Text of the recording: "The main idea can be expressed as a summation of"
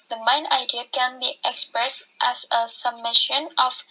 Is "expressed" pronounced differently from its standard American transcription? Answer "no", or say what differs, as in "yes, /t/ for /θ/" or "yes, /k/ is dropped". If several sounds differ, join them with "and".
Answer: no